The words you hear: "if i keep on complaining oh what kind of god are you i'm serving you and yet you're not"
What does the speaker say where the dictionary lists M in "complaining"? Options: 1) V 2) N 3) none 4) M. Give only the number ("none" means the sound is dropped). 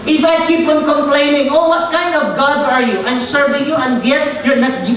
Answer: 4